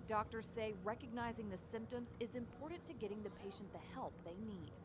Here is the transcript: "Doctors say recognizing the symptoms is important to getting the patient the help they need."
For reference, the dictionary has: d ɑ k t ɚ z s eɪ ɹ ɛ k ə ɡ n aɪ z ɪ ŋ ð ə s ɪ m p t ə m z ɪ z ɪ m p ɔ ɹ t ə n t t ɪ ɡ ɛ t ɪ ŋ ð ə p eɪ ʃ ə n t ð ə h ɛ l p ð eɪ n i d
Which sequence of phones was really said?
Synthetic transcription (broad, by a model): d ɑ k t ɚ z s eɪ ɹ ɛ k ə ɡ n aɪ z ɪ ŋ ð ə s ɪ m p t ə m z ɪ z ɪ m p ɔ ɹ t n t t ɪ ɡ ɛ t ɪ ŋ ð ə p eɪ ʃ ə n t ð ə h ɛ l p ð eɪ n i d